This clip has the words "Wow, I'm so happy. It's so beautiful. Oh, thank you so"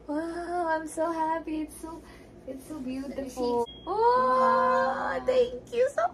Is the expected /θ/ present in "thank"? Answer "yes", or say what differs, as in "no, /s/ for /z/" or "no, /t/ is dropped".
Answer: no, /t/ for /θ/